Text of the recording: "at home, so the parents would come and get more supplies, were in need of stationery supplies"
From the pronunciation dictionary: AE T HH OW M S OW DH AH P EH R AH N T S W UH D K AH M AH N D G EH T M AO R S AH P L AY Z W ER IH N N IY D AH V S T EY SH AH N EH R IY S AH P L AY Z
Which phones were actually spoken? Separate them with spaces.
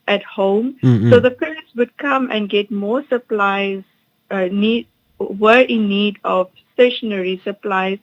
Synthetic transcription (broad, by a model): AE T HH OW M S OW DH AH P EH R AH T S W UH D K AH M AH N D G EH T M AO S AH P L AY Z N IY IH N N IY D AH V S T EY SH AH N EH R IY S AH P L AY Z